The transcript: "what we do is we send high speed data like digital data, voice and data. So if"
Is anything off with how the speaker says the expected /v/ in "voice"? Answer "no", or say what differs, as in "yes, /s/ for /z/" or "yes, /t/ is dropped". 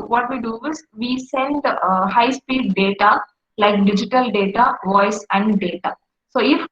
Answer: no